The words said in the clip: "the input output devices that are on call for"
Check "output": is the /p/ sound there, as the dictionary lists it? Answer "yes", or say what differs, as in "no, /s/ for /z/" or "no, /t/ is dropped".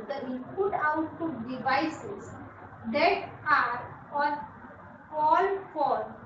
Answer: no, /p/ is dropped